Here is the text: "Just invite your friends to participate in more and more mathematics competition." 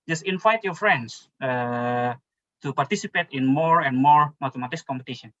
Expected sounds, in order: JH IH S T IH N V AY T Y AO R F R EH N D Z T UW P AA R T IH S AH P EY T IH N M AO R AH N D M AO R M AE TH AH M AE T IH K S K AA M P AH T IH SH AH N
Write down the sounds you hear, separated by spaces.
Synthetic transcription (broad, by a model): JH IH S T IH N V AY T Y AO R F R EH N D S T UW P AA R T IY S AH P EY T IH N M AO R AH N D M AO R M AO T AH M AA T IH S K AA M P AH T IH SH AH N